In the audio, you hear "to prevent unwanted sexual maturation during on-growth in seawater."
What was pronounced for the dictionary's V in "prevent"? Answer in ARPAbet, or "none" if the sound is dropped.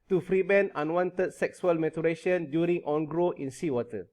B